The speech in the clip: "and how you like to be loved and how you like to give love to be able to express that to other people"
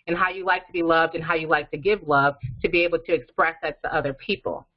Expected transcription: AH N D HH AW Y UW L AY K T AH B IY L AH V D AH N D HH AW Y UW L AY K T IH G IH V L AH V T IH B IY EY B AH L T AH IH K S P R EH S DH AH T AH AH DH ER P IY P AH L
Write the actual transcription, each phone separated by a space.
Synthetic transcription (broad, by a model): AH N HH AW Y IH L AY K T AH B IY L AH V D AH N HH AW Y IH L AY K T IH G IH V L AH V T IH B IY EY B L T IH K S P R EH S DH AH T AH AH DH ER P IY P L